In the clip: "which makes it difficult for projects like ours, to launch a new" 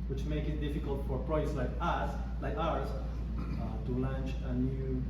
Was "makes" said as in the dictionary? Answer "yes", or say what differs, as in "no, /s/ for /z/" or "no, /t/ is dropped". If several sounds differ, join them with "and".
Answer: no, /s/ is dropped